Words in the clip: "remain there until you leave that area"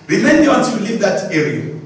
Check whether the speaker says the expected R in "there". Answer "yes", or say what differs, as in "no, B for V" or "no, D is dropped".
no, W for R